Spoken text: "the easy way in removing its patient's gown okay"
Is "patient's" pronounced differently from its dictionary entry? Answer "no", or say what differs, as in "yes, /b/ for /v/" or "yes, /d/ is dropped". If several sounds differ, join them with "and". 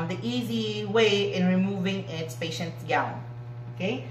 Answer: yes, /s/ is dropped